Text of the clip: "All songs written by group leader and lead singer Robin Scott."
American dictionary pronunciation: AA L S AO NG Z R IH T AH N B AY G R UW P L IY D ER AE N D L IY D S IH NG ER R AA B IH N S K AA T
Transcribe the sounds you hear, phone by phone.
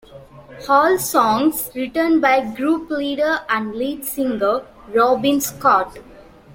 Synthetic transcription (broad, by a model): AA L S AO NG S R IH T AH N B AY G R UW P L IY D ER AE N D L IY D S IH NG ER R AA B IH N S K AA T